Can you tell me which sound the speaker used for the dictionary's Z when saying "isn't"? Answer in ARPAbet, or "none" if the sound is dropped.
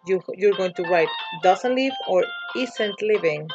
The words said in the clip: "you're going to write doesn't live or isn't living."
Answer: S